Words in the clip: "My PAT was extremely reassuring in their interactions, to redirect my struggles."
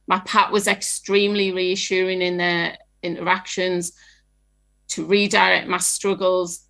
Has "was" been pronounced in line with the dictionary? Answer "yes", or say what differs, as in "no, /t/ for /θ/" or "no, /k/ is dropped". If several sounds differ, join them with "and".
yes